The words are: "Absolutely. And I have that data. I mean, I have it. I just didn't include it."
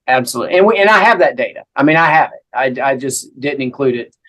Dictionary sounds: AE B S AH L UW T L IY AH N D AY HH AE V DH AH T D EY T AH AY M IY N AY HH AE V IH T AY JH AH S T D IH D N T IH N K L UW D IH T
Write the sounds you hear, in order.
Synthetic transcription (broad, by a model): AE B S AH L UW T L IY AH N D AY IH V DH AH T D EY T AH AY M IY N AY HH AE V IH T AY JH AH S D IH D N T IH N K L UW D IH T